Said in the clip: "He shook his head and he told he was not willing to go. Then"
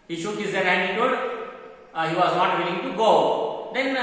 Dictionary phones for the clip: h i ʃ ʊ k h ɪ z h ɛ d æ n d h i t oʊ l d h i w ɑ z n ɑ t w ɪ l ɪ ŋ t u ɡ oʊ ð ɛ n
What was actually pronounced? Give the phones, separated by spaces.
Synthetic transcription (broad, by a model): h i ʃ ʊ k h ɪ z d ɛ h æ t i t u d h i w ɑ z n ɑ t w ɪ l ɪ ŋ t u ɡ oʊ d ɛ n